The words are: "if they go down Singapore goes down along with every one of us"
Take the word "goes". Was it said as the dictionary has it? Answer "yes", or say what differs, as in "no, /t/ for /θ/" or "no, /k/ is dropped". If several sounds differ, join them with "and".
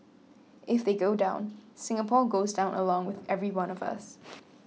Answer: yes